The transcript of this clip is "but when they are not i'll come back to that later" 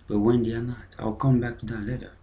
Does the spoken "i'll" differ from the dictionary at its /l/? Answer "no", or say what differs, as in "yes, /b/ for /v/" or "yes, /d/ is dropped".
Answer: no